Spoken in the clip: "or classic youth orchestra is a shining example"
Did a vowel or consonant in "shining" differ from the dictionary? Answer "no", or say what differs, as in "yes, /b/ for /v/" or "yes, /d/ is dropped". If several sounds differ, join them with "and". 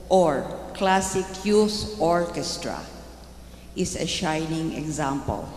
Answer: no